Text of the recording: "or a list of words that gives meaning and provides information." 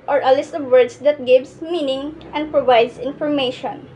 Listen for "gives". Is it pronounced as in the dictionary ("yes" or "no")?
no